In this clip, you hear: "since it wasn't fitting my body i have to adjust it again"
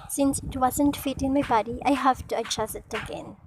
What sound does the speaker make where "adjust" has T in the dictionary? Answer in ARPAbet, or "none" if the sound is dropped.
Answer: none